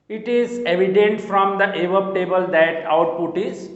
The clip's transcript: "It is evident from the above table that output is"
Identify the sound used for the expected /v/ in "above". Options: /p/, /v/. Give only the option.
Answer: /p/